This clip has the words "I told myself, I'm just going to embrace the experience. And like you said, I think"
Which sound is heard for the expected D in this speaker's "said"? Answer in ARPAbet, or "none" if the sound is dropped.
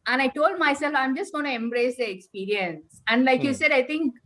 D